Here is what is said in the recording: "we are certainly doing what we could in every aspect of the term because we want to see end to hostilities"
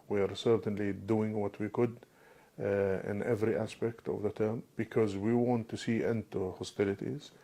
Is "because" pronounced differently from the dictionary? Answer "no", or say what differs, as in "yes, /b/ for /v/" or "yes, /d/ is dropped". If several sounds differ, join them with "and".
no